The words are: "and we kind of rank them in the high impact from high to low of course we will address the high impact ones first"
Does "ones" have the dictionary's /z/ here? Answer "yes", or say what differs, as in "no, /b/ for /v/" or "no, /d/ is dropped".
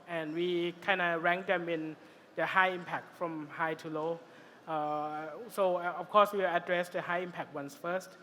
no, /s/ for /z/